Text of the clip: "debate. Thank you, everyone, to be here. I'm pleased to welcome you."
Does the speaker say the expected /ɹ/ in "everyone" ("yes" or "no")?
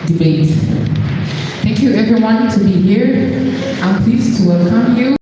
yes